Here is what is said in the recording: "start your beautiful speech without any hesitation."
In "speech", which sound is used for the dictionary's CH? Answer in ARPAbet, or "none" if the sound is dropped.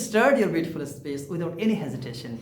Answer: S